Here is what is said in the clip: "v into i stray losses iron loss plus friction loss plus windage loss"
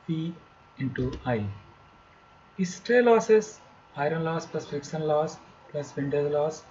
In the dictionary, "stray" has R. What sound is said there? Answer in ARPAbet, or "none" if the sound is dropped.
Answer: R